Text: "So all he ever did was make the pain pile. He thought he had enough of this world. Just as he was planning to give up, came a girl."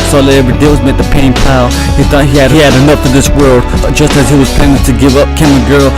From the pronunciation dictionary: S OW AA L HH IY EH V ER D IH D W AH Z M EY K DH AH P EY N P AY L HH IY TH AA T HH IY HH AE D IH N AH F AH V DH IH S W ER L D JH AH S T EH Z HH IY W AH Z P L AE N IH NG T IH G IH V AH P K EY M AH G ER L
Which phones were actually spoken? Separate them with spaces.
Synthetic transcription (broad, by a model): S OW AA L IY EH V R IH D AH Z M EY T DH AH P EY N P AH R HH IY TH AA T HH IY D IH D IH N AH F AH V DH IH S W ER L D JH AH S T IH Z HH IY W AH Z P EH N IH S T IH G IH V AH P K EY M AH G ER L